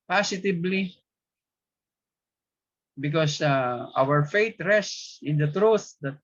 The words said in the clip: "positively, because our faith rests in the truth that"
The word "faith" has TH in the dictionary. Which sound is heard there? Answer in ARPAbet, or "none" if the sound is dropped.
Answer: T